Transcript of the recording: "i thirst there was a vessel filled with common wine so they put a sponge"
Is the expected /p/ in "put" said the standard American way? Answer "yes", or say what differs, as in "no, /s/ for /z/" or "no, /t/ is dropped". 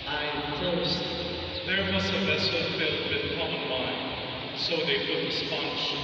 no, /f/ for /p/